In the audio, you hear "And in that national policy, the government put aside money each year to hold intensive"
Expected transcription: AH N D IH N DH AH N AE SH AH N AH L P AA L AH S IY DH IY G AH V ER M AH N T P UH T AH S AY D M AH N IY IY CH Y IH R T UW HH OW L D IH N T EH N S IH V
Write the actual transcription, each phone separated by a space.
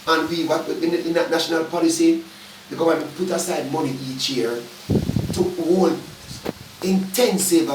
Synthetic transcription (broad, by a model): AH N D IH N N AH N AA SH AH N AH L P AA L AH S IY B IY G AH AA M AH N P UH T AH S AY D M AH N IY IY CH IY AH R T UW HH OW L IH N T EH N S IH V